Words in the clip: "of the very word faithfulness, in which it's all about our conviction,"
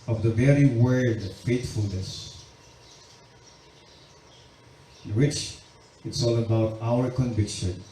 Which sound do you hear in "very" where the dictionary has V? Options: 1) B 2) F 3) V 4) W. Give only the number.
3